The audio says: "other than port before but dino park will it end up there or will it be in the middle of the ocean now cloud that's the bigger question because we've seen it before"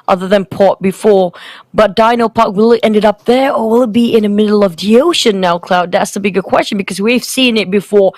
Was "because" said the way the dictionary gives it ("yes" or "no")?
yes